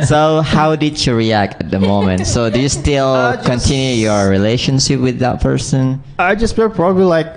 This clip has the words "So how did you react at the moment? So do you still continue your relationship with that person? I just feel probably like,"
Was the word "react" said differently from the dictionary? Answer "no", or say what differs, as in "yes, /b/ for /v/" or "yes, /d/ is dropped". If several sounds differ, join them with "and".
no